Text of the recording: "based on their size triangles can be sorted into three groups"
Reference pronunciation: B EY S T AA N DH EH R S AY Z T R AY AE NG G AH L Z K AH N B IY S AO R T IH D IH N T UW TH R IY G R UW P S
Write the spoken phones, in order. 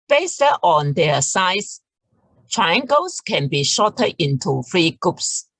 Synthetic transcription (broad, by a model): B EY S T AA N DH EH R S AY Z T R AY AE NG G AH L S K AH N B IY SH AO T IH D IH N T UW F R IY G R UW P S